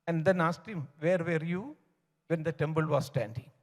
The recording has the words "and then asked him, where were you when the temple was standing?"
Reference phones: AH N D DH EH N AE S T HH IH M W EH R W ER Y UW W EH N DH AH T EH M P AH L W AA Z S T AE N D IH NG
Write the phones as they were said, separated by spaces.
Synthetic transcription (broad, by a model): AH N D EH N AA S T HH IH M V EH R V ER Y UW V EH N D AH T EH M B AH L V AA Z S T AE N D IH NG